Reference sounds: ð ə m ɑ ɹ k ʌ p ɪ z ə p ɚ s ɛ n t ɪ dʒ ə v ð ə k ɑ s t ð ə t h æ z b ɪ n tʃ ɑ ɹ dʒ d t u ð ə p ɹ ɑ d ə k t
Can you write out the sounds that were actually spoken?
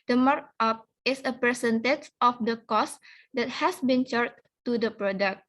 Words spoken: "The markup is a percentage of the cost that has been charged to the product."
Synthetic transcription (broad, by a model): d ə m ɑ ɹ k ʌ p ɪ s ə p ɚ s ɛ n t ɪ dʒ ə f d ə k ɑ s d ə t h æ s b ɪ n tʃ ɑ ɹ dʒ t u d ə p ɹ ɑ d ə k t